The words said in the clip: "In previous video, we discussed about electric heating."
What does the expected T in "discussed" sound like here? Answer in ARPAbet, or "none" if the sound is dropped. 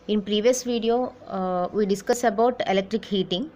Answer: none